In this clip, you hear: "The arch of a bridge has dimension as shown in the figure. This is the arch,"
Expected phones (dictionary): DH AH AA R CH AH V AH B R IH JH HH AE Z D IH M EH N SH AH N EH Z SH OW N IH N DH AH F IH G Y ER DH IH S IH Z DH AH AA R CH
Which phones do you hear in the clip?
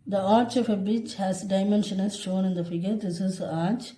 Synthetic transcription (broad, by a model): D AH AA R CH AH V AH B IH CH HH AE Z D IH M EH N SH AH N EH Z SH OW N IH N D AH F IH G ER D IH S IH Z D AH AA R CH